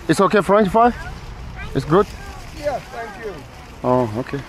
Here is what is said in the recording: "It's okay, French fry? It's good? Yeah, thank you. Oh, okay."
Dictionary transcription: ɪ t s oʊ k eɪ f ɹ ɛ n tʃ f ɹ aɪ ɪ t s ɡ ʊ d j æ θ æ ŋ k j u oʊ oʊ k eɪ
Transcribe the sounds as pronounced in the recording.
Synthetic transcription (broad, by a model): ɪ t s oʊ k eɪ f ɹ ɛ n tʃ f aɪ ɪ t s ɡ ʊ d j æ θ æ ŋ k j u oʊ oʊ k eɪ